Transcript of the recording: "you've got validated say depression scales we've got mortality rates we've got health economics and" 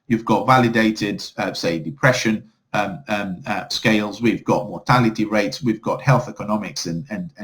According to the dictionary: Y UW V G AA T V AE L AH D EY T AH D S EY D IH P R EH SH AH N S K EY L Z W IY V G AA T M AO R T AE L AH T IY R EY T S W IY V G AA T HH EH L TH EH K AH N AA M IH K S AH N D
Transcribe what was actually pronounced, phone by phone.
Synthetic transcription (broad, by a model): Y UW V G AA T V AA L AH D EY T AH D S EY D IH P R EH SH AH N S K EY L Z W IY V G AA T M AO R T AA L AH T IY R EY T S W IY V G AA T HH EH L TH EH K AH N AA M IH K S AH N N